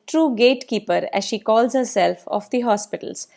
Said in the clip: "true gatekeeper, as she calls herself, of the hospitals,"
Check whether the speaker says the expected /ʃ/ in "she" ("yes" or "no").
yes